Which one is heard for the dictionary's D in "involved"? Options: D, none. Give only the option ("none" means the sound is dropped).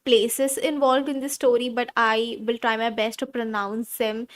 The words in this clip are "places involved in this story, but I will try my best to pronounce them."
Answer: D